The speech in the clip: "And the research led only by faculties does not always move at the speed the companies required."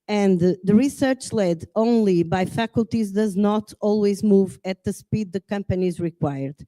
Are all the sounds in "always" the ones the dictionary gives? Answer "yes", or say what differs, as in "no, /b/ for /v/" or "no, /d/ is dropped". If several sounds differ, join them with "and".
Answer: yes